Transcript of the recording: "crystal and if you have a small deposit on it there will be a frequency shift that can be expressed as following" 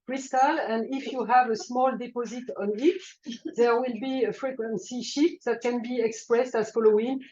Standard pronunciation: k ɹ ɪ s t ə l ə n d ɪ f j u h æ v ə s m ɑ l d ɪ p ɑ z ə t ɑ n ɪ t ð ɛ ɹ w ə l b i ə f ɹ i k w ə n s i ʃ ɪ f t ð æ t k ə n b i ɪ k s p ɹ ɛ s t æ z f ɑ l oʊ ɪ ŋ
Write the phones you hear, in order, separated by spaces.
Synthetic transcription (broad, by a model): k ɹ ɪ s t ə l ə n d ɪ f j u h æ v ə s m ɑ l d ɪ p ɑ z ə t ɑ n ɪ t ð ɛ ɹ w ə l b i ə f ɹ i k w ə n s i ʃ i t ð æ t k ə n b i ɪ k s p ɹ ɛ s t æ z f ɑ l oʊ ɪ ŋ